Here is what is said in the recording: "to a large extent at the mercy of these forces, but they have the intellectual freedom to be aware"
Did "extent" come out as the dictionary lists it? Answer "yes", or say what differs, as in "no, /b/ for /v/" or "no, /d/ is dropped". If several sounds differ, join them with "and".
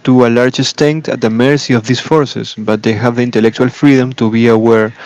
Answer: no, /k/ is dropped